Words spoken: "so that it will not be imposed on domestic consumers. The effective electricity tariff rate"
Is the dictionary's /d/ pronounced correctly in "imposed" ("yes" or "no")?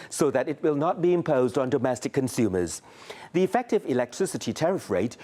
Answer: yes